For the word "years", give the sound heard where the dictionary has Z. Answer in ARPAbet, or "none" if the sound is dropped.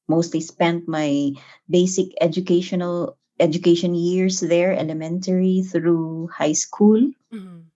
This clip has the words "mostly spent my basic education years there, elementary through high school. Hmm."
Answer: S